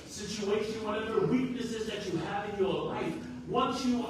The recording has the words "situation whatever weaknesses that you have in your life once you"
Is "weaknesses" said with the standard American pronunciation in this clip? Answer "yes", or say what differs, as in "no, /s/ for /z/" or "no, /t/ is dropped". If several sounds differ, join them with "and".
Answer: yes